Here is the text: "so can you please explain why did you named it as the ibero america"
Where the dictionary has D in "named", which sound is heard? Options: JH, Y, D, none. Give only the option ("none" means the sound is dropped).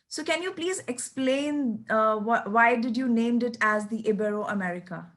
D